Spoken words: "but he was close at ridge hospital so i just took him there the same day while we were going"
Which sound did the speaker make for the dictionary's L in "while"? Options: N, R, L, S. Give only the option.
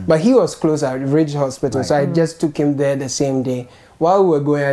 L